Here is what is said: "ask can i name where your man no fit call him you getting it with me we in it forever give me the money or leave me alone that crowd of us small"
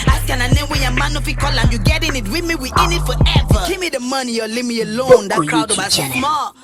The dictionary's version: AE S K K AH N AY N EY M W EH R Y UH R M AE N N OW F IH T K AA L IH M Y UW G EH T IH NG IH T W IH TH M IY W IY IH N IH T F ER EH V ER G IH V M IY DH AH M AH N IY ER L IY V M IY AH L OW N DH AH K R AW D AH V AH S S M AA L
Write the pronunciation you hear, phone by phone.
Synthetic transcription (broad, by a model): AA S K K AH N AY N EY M W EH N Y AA M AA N N OW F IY K AA L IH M Y UW G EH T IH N IH T W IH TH M IY W IY IH N IH T F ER EH V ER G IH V M IY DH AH M AH N IY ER L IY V M IY AH L OW N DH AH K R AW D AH B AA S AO M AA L